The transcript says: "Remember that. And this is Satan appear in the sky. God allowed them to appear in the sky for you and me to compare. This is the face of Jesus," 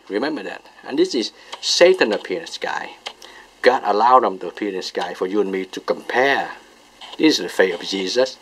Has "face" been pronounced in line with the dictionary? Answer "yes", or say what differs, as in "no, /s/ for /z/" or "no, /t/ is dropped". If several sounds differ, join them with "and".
no, /s/ is dropped